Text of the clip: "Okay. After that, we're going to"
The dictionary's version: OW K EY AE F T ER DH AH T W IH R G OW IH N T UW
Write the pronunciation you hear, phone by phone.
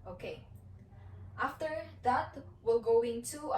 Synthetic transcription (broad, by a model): OW K EY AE F T ER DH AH T W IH L G OW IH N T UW